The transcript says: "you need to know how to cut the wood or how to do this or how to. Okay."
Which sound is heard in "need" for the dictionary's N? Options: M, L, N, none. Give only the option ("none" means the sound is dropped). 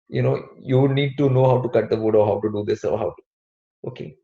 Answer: N